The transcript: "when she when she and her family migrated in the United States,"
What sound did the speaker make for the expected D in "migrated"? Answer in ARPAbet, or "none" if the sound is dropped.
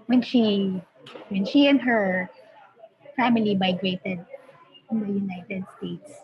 D